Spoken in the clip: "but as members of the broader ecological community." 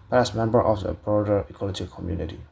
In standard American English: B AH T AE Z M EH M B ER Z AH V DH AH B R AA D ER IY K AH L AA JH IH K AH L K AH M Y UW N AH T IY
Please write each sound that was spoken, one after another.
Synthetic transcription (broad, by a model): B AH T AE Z M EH M B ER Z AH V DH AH B R AA D ER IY K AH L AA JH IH K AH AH M Y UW N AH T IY